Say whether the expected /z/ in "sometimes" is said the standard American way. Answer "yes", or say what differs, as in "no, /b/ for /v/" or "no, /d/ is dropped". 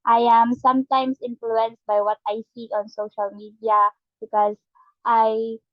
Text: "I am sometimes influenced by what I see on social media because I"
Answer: no, /s/ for /z/